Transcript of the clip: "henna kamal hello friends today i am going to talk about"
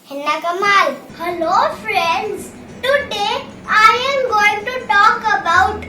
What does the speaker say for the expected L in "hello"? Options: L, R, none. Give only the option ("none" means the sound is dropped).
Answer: L